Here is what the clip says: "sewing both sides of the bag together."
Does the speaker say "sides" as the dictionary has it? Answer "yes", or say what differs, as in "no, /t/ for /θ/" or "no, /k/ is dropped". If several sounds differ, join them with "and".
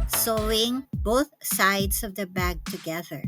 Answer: no, /s/ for /z/